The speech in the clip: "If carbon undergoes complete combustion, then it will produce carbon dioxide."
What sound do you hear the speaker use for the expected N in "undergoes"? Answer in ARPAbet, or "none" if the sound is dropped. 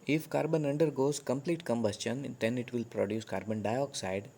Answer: N